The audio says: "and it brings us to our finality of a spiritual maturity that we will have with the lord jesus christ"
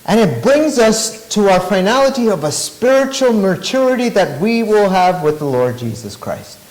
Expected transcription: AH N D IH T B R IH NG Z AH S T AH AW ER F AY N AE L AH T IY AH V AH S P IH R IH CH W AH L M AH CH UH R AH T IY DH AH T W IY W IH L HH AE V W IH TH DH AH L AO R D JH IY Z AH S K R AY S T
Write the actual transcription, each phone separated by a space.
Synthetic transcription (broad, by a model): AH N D IH T B R IH NG Z AH S T AH AW ER F AY N AE L AH T IY AH V AH S P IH R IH CH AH L M AH CH UH R AH T IY DH AH T W IY W IH L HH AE V W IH DH AH L AO R D JH IY Z AH S K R AY S T